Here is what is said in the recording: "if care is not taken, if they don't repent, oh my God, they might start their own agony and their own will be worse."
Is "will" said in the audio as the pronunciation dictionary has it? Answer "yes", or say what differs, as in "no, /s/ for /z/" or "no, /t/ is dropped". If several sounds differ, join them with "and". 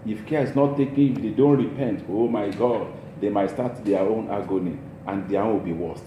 no, /w/ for /l/